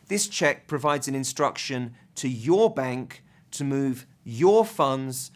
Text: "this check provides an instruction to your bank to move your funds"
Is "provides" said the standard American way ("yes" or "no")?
yes